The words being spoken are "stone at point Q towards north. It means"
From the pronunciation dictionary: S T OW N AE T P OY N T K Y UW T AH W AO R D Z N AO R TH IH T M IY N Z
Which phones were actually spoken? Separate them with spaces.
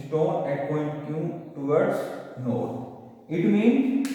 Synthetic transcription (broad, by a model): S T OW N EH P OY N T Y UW T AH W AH R D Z N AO R T IH T M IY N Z